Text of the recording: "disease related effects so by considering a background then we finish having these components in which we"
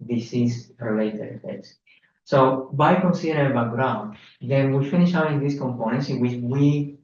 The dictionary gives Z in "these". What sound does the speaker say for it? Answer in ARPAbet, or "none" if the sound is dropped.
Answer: S